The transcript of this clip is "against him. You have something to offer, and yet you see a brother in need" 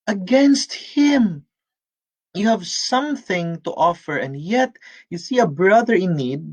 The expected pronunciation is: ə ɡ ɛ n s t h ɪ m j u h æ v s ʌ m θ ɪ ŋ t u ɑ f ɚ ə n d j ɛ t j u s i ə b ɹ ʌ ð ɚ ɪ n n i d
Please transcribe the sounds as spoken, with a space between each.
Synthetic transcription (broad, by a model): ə ɡ ɛ n s t h ɪ m j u h æ v s ʌ m θ ɪ ŋ t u ɑ f ɚ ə n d j ɛ t j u s i ə b ɹ ʌ ð ɚ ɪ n n i d